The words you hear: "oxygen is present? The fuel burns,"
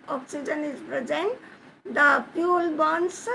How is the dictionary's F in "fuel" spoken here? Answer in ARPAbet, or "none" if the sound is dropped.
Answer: P